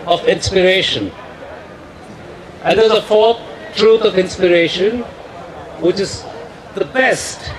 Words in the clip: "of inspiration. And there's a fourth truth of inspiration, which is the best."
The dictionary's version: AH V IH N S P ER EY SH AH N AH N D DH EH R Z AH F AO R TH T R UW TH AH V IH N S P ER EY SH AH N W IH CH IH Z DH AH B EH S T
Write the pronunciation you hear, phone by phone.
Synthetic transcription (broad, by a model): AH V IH N S P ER EY SH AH N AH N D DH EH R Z AH F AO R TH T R UW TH AH V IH N S P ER EY SH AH N W IH CH IH Z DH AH B EH S T